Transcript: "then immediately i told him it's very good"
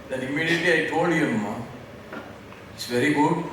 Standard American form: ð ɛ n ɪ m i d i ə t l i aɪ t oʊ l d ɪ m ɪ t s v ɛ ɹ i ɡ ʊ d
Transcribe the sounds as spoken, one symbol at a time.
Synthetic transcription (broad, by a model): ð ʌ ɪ m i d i t i aɪ t oʊ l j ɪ m ɪ t s v ɛ ɹ i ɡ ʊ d